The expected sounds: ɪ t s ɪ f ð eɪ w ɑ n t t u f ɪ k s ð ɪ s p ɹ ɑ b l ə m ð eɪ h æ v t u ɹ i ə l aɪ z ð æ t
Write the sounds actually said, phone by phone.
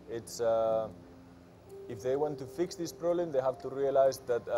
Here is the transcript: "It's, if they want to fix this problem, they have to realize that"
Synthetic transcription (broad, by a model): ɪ t s ɪ f ð eɪ w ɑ n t t u f ɪ k s ð ɪ s p ɹ ɑ b l ə m ð eɪ h æ v t u ɹ i ə l aɪ z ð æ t